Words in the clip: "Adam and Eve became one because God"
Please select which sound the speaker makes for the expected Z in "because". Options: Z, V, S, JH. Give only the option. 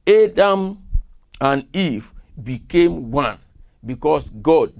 S